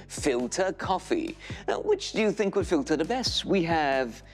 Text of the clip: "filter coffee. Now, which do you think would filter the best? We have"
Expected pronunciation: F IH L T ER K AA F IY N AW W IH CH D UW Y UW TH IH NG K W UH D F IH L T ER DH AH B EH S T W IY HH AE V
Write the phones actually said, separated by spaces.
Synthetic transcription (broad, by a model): F IH L T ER K AA F IY W IH CH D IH Y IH TH IH NG K W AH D F IH L T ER DH AH B EH S T W IY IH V